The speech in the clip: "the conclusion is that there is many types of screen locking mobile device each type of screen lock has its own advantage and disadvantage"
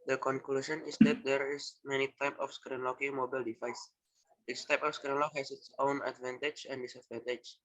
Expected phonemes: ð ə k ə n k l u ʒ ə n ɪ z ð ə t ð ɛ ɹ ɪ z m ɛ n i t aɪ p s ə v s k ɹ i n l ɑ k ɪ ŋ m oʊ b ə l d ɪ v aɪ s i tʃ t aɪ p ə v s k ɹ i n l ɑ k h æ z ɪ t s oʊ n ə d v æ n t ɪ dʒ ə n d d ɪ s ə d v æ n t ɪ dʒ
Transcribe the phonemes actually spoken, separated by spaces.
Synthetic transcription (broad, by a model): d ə k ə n k l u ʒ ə n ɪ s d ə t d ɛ ɹ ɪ s m ɛ n i t aɪ p ə f s k ɹ i n l ɑ k ɪ ŋ m oʊ b ə l d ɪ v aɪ s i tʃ t aɪ p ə f s k ɹ i n l ɑ k h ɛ s ɪ t s oʊ n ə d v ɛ n t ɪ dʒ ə n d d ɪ s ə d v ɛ n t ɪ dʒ